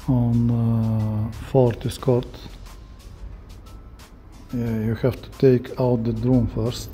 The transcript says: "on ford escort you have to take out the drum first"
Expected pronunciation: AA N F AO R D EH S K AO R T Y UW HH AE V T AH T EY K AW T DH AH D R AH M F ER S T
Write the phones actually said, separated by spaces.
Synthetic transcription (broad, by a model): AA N F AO R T EH S K AO R T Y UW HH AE F T AH T EY K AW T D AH D R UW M F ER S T